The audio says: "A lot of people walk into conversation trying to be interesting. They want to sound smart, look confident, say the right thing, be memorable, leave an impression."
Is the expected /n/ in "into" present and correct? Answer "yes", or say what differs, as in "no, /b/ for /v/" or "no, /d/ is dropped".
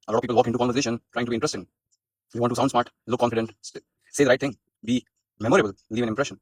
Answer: no, /n/ is dropped